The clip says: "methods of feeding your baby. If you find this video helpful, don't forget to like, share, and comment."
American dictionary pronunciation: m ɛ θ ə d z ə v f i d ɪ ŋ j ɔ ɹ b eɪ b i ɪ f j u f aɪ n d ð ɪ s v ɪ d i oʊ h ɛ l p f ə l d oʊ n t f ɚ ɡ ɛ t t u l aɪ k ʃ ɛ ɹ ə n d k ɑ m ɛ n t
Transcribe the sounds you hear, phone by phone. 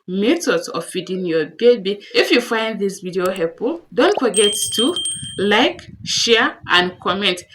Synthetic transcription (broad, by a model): m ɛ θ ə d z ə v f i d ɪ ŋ j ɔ b eɪ b i ɪ f j u f aɪ n d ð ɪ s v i d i oʊ h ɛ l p ə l d oʊ n t f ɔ ɡ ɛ t t u l aɪ k ʃ ɛ ɹ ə n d k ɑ m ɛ n t